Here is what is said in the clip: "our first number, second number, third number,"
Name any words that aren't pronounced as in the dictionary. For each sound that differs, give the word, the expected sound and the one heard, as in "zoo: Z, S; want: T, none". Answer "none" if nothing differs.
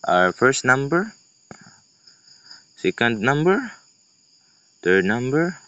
third: TH, T